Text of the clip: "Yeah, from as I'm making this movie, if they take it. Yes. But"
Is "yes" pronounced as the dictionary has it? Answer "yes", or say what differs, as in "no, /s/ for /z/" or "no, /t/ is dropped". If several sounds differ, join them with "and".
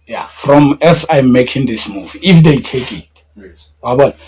no, /s/ is dropped